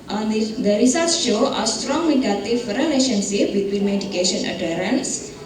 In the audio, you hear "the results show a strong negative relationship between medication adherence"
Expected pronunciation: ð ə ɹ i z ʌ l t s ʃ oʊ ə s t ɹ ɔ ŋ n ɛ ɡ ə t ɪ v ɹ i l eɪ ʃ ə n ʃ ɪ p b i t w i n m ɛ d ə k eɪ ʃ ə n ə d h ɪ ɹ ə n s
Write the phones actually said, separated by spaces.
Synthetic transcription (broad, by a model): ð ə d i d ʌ t s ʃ oʊ ə s t ɹ ɔ ŋ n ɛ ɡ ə t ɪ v ɹ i l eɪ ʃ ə n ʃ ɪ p b i t w i n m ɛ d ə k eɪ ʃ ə n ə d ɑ ɹ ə n s